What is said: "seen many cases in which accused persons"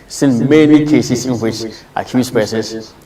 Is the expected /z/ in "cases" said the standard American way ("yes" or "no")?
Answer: no